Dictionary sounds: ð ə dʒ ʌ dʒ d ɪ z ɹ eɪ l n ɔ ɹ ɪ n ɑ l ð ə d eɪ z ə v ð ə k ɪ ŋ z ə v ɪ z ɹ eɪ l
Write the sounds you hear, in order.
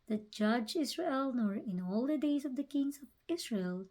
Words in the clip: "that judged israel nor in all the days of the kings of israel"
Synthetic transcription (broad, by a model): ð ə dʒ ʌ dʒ ɪ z ɹ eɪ l n ɔ ɹ ɪ n ɑ l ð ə d eɪ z ə v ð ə k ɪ ŋ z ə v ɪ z ɹ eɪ l